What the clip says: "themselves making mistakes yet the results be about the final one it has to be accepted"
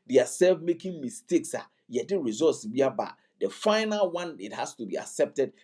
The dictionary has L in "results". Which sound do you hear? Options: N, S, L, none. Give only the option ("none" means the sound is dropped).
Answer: none